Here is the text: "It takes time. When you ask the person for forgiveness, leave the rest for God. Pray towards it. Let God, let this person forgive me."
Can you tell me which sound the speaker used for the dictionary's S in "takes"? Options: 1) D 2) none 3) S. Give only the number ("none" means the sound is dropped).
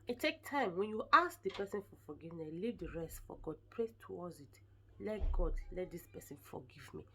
2